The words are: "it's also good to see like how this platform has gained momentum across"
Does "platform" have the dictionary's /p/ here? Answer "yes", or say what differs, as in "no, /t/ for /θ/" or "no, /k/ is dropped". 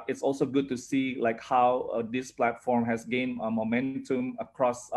yes